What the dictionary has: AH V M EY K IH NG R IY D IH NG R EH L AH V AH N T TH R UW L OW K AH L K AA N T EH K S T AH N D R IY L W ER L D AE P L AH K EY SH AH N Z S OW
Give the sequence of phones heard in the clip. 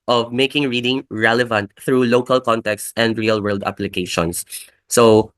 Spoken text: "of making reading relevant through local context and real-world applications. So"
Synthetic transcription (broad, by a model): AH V M EY K IH NG R IY D IH NG R EH L AH V AH N T TH R UW L OW K AH L K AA N T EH K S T AH N D R IY L W ER L D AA P L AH K EY SH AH N S OW